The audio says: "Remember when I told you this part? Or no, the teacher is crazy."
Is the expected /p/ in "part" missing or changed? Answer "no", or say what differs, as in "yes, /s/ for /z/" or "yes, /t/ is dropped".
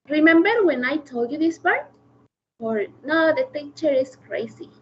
yes, /b/ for /p/